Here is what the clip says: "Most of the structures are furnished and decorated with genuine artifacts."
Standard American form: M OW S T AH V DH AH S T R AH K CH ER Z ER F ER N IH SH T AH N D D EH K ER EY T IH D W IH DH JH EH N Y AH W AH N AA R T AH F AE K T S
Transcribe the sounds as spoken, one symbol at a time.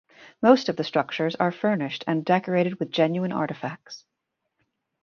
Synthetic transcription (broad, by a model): M OW S T AH V DH AH S T R AH K CH ER Z ER F ER N IH SH T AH N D D EH K ER EY T IH D W IH DH JH EH N Y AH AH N AA R T AH F AE K T S